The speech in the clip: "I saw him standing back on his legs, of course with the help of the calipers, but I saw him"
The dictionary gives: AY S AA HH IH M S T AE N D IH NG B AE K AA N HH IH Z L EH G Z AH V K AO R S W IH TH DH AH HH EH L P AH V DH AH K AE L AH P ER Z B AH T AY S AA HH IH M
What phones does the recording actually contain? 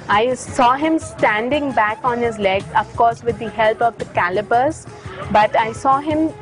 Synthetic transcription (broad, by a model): AY S AA HH IH M S T AE N D IH NG B AE K AA N HH IH Z L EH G AH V K AO R S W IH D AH HH EH L P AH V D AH K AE L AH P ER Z B AH T AY S AA HH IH M